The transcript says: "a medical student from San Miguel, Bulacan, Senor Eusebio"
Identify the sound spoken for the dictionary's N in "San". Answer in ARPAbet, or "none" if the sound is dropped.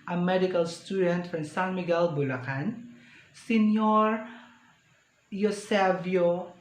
L